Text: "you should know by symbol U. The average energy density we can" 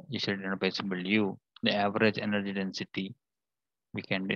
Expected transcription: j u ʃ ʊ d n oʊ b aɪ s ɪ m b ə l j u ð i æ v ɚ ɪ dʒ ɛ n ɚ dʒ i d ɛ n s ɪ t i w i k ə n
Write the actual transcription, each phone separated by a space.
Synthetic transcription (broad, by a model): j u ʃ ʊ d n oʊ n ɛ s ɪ b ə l j u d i æ v ɚ ɪ dʒ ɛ n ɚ dʒ i d ɛ n s ɪ t i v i k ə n